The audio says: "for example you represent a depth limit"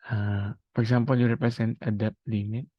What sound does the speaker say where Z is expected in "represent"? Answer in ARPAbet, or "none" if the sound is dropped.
S